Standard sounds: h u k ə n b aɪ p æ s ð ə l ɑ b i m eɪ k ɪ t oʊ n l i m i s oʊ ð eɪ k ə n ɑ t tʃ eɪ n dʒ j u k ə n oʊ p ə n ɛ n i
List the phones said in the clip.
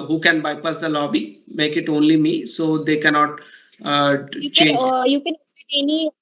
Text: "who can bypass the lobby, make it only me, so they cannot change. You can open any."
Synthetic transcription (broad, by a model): h u k ə n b aɪ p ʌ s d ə l ɑ b i m eɪ k ɪ t oʊ n l i m i s oʊ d eɪ k ə n ɑ t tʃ eɪ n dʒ j u k ə n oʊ ə ɛ n i